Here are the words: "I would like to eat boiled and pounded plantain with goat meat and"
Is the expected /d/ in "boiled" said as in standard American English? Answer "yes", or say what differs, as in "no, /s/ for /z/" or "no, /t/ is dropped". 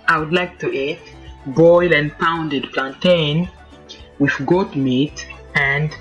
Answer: no, /d/ is dropped